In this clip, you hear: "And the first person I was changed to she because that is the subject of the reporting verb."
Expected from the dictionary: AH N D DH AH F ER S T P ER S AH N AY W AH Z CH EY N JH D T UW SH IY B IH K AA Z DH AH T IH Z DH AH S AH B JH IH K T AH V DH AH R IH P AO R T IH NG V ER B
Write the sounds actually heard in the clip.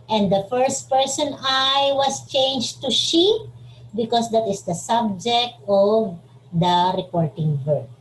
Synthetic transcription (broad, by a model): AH N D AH F ER S T P ER S AH N AY W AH S CH EY N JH T UW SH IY B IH K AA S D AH T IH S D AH S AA B JH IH K T AH V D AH R IH P AO R T IH NG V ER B